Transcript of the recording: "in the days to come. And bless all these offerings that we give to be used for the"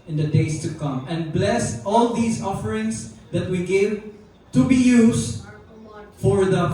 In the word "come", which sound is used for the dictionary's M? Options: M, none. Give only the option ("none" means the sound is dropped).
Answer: M